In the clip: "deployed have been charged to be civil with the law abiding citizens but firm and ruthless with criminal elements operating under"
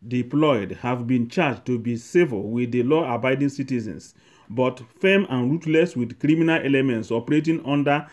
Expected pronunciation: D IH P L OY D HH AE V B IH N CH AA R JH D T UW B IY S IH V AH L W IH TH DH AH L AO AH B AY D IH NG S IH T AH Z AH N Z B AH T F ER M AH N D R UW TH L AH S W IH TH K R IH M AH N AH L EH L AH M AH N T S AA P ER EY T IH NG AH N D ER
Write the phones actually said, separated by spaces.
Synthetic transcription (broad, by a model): D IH P L OY D HH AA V B IH N CH AA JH T UW B IY S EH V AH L W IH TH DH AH L AO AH B AY D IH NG S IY T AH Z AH N S B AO T F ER M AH N R UW T L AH S W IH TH K R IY M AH N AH L EH L AH M AH N T S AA P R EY T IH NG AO N D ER